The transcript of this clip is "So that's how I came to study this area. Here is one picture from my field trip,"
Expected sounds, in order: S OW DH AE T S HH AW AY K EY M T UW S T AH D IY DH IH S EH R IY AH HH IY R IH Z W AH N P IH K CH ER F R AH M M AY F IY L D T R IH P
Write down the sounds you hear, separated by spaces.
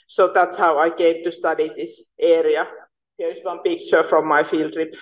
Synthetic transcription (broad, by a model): S OW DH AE T S HH AW AY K EY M T UW S T AH D IY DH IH S EH R IY AH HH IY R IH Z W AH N P IH K CH ER F R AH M M AY F IY L D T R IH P